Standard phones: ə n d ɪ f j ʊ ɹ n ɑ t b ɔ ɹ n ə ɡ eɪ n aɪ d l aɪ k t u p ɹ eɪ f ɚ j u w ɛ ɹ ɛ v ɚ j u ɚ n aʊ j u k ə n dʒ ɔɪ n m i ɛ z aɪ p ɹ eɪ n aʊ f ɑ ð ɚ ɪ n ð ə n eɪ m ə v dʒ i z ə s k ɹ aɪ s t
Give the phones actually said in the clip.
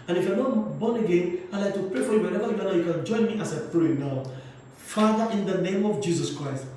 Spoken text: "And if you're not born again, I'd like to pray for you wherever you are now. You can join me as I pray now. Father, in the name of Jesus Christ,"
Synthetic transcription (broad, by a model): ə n ɪ f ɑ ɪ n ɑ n b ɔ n ə ɡ eɪ n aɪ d l aɪ k t u p ɹ eɪ f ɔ j u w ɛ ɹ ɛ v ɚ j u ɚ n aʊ j u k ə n dʒ ɔɪ n m i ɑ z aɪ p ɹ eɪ n aʊ f ɑ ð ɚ ɪ n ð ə n eɪ m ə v dʒ i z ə s k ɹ aɪ s t